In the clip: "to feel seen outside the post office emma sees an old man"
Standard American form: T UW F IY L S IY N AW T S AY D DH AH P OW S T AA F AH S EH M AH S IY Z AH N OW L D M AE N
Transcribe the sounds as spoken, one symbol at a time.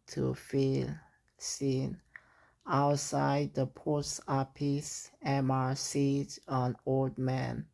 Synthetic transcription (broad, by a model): T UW F IY L S IY N AW T S AY D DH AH P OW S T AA P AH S EH M AH S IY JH AH N OW L D M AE N